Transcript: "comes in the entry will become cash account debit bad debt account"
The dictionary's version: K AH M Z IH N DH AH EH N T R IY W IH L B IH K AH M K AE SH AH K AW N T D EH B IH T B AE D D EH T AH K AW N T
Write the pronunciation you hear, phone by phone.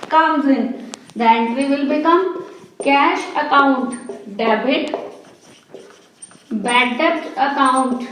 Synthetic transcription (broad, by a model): K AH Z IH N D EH T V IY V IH L B IH K AH M K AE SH AH K AW N T D EH B IH T B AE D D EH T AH K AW N T